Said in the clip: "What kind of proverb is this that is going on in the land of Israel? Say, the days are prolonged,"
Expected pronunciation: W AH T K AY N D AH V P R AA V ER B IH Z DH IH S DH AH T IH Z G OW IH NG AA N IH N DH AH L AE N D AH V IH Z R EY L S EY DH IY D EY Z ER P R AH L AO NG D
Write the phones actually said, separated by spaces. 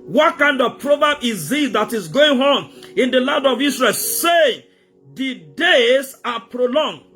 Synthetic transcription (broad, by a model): W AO T K AY N D AH V P R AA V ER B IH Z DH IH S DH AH T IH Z G OW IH NG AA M IH N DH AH L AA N D AH V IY S R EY L S EY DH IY D EY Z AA P R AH L AO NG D